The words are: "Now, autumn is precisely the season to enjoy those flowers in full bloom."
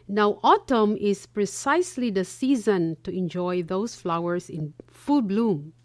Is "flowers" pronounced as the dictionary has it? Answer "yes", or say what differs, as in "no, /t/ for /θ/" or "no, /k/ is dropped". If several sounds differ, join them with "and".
no, /s/ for /z/